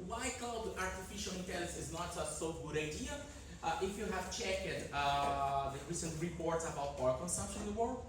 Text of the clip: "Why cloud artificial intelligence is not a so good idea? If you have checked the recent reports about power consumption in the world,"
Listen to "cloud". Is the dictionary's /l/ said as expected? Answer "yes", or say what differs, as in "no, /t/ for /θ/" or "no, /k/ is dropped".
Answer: no, /l/ is dropped